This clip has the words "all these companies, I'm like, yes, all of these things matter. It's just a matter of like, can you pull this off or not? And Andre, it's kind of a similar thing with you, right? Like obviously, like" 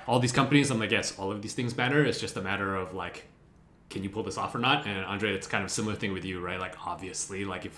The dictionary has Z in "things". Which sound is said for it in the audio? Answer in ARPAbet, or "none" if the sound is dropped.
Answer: Z